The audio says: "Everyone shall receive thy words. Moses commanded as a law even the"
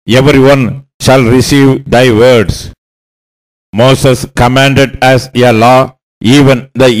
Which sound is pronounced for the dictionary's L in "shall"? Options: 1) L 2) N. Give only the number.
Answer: 1